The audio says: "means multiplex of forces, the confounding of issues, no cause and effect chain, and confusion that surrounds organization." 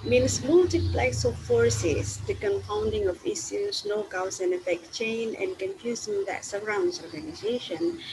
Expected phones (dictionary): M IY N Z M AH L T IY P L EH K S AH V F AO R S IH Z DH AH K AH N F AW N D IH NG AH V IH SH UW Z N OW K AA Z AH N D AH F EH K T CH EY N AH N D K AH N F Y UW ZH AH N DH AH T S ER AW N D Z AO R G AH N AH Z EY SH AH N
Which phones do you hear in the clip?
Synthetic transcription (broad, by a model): M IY N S M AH L T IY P L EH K S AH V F AO R S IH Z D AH K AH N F AW N D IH NG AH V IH S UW S N OW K AA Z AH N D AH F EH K CH EY N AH N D K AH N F Y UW Z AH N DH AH T S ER AW N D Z AO R G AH N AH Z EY SH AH N